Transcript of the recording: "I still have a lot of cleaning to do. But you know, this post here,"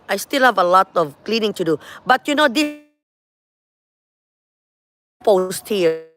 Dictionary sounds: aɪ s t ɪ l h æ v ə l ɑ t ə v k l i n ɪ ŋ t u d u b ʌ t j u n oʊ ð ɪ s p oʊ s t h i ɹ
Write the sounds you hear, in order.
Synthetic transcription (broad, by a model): aɪ s t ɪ l h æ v ə l ɑ t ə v k l i n ɪ ŋ t u d u b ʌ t j u n oʊ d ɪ p oʊ s t h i